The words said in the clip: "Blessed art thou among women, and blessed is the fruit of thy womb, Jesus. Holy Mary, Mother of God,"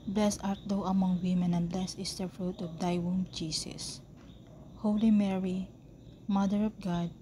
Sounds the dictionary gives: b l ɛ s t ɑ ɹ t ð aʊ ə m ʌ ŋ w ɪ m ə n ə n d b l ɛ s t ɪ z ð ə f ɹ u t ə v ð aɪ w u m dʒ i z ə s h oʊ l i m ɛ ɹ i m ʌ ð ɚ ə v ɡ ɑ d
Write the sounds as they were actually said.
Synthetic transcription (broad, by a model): b l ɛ s ɑ ɹ t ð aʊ ə m ʌ ŋ w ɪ m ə n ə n b l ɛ s ɪ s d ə f ɹ u t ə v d aɪ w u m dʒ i s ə s h oʊ l i m ɛ ɹ i m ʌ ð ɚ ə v ɡ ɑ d